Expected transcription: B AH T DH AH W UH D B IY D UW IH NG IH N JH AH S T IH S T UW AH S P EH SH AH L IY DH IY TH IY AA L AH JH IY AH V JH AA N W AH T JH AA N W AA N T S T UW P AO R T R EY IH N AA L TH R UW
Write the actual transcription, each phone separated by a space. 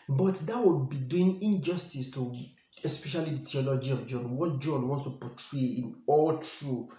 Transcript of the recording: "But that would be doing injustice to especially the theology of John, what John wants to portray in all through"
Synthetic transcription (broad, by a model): B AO T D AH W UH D B IY D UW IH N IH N JH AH S T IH S T UW AH S P EH SH AH L IY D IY T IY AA L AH JH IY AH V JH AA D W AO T JH AA N W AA N S T UW P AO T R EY IH N AA L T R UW